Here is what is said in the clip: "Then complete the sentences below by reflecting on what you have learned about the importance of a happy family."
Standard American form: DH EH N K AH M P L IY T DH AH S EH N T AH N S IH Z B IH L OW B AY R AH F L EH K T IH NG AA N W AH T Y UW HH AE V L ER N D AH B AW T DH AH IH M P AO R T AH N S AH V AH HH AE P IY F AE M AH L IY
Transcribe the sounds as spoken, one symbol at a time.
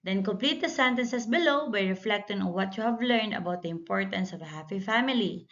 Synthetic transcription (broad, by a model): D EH N K AH M P L IY T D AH S EH N T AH N S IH S B IH L OW B AY R AH F L EH K T IH NG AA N W AH T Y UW HH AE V L ER N D AH B AW T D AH IH M P AO R T AH N S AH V AH HH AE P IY F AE M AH L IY